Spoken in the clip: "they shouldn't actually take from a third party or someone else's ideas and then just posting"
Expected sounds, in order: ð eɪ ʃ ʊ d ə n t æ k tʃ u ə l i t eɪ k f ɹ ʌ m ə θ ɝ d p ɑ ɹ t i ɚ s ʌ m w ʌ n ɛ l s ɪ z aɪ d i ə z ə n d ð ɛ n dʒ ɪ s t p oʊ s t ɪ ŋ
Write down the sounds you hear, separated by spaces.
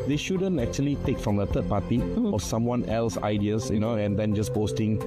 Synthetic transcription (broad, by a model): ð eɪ ʃ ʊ d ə n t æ k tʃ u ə l i t eɪ k f ɹ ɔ m ə t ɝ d p ɑ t i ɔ s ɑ m w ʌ n ɛ l s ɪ ɪ d i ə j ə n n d ɛ n dʒ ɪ s p oʊ s t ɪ ŋ